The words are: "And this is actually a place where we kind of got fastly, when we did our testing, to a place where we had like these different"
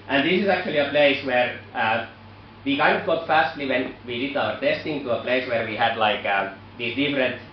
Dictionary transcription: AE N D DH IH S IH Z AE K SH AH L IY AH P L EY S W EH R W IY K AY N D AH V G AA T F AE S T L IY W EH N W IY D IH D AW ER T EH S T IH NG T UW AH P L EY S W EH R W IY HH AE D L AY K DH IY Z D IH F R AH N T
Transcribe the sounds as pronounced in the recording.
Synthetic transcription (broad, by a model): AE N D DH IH S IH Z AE K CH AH L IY AH P L EY S W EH R W IY K AY N D AH V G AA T F AE S T L IY W EH N W IY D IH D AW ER T EH S T IH NG T UW AH P L EY S W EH R W IY HH AE D L AY K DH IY S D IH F R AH N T